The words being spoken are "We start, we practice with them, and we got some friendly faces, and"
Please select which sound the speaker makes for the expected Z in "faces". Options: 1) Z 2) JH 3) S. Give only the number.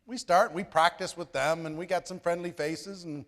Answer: 1